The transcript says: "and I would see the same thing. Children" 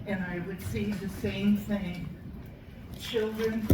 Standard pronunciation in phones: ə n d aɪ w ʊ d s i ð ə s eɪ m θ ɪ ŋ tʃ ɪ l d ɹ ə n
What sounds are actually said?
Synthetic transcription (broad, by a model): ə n aɪ w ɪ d s i ð ə s eɪ m θ ɪ ŋ tʃ ɪ l d ɹ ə n